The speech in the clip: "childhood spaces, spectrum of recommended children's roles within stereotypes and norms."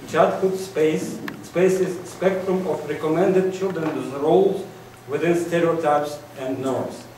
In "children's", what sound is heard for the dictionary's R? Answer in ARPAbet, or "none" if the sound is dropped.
R